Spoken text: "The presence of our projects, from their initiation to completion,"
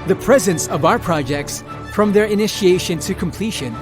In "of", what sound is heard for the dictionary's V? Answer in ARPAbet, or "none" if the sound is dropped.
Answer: V